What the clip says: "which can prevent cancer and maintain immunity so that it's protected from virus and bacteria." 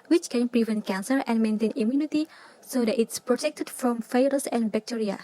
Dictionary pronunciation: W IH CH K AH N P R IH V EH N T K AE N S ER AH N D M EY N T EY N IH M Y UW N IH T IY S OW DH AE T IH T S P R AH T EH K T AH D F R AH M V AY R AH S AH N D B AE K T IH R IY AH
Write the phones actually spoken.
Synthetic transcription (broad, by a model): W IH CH K AH N P R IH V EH N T K AE N S ER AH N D M EY N T EY N IH M Y UW N IH T IY S OW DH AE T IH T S P R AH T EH K T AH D F R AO M F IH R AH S AH N D B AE K T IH R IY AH